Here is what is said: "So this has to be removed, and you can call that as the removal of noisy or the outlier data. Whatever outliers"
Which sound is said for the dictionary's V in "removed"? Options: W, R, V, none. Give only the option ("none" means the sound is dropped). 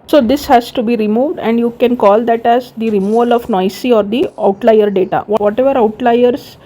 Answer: V